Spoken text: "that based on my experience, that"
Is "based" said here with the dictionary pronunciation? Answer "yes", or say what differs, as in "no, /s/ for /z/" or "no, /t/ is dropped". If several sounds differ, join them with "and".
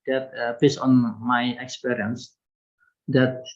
no, /t/ is dropped